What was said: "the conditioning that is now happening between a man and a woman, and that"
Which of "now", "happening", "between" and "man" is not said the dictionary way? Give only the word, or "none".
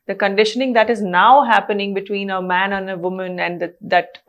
none